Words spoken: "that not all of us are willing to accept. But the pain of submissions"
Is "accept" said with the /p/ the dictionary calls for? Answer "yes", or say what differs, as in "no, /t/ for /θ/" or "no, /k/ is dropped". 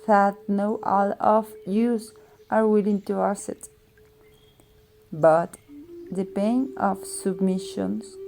no, /p/ is dropped